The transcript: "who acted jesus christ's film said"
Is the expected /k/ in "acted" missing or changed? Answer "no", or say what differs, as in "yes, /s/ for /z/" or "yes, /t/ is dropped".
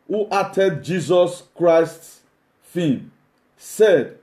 yes, /k/ is dropped